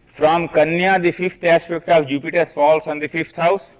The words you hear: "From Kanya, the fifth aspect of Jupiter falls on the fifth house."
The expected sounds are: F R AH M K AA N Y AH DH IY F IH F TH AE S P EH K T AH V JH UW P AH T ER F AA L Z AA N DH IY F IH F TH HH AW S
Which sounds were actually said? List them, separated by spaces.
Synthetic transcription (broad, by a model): F R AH M K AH N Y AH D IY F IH F T AE S P EH K T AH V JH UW P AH T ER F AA L S AA N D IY F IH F T HH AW S